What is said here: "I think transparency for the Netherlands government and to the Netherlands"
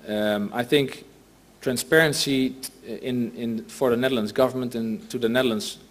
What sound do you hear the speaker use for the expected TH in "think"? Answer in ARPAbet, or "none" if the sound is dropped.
TH